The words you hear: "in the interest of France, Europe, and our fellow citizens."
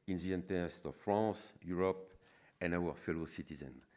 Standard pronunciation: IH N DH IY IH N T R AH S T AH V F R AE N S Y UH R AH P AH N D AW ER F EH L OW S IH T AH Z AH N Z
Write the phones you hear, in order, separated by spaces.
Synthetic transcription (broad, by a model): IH N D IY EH N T AH S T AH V F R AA S Y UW R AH P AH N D AW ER F EH L OW S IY T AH Z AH N